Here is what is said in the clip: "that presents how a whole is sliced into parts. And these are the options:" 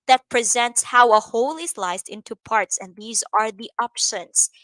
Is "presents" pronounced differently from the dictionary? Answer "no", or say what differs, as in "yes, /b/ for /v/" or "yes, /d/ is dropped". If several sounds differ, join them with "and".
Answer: no